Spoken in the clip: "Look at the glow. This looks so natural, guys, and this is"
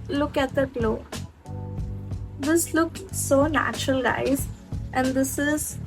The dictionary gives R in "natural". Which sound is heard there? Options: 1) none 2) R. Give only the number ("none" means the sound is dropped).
2